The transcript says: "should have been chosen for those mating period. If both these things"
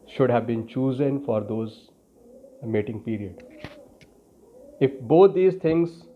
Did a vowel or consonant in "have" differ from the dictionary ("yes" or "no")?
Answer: no